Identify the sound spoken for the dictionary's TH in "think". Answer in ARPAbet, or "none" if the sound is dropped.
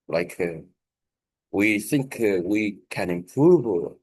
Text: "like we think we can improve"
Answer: TH